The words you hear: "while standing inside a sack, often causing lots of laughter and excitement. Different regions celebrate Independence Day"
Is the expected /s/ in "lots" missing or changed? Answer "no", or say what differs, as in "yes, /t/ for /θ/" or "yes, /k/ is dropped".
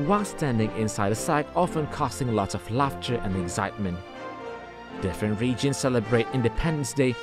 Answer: yes, /s/ is dropped